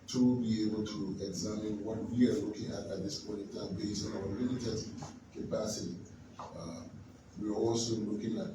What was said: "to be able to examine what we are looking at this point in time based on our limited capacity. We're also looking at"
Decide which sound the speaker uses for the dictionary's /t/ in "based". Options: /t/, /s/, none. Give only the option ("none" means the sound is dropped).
none